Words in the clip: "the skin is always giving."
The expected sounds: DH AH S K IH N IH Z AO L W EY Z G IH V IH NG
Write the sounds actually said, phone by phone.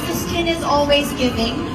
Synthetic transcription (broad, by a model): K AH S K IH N IH Z AO L W EY Z G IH V IH NG